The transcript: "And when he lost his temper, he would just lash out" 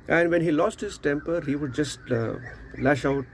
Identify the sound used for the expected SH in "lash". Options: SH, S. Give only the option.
SH